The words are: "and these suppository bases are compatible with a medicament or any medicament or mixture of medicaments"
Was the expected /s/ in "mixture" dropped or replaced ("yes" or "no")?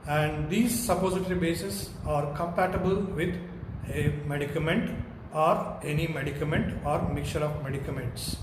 yes